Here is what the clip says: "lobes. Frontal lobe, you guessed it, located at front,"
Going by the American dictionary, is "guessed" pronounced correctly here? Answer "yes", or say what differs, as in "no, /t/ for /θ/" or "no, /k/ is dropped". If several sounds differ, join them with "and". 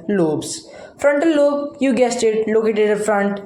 yes